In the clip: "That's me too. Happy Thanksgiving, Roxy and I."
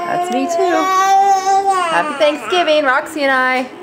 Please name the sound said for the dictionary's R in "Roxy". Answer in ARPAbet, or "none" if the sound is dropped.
R